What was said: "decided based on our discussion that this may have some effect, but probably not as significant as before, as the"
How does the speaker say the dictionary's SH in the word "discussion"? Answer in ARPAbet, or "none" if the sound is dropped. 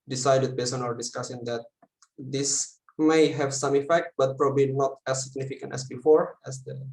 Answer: S